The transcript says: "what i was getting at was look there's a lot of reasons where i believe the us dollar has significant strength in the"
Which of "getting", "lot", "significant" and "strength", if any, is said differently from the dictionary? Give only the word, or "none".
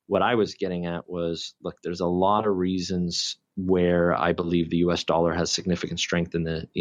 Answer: none